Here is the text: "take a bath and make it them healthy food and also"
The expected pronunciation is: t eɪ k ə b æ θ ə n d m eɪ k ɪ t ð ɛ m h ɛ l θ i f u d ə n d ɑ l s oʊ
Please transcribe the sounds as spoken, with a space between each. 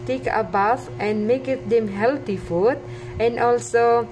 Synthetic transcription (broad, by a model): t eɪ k ə b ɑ f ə n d m eɪ k ɪ t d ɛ m h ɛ l t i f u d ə n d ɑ l s oʊ